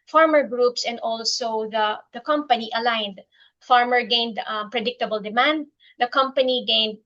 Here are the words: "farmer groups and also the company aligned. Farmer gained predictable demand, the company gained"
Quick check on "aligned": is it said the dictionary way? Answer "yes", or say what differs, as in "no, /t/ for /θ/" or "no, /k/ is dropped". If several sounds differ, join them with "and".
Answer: yes